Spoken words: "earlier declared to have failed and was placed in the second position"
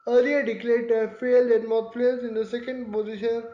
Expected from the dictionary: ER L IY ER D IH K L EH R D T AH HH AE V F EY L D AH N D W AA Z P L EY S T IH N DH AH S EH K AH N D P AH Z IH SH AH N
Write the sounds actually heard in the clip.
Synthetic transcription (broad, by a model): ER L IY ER D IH K L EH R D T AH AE F EY L D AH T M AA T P L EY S IH N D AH S EH K AH N D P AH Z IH SH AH N